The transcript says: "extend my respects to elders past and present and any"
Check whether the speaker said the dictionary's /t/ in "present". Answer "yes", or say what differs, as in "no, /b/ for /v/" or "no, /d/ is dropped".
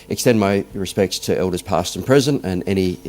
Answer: no, /t/ is dropped